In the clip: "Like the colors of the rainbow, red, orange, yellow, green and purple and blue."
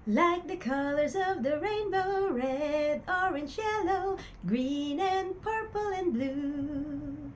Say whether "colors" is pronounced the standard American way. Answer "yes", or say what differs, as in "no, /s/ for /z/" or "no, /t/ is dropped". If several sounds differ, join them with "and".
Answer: yes